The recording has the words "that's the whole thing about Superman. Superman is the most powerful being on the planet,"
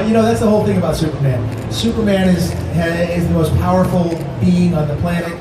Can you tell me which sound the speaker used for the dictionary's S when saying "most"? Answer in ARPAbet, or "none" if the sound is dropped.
S